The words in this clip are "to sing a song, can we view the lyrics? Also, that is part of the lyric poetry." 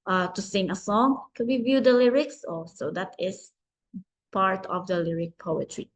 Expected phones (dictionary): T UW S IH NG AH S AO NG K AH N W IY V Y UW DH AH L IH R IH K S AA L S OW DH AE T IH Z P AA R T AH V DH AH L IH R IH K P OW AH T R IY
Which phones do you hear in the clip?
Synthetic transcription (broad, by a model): T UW S IH NG AH S AO NG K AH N W IY V Y UW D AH L IH R IH K S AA S OW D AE T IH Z P AA R T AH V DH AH L IH R IH K P OW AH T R IY